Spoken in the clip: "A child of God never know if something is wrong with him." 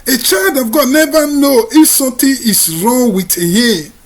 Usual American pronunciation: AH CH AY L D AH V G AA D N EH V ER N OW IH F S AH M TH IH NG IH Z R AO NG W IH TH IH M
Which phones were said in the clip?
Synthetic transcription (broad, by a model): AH CH AY L D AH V G AA D N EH V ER N OW IH F S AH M T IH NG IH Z R AO NG W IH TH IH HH